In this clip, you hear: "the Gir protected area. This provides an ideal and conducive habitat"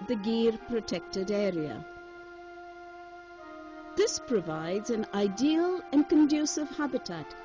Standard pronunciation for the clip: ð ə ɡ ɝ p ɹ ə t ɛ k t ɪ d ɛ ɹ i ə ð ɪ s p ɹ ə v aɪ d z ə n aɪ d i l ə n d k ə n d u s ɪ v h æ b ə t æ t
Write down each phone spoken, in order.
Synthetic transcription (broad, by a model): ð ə ɡ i p ɹ ə t ɛ k t ɪ d ɛ ɹ i ə ð ɪ s p ɹ ə v aɪ d z ə n aɪ d i l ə n k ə n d u s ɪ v h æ b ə t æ t